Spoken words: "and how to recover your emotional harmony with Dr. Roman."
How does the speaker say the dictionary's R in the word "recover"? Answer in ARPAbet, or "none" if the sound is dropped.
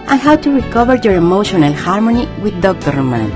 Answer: R